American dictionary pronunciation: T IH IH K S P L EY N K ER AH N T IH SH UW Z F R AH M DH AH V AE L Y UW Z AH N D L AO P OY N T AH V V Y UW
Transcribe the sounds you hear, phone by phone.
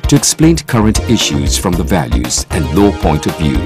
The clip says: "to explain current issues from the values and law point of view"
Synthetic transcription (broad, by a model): T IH IH K S P L EY N K ER AH N T IH SH UW Z F R AH M DH AH V AE L Y UW Z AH N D L AO P OY N T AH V V Y UW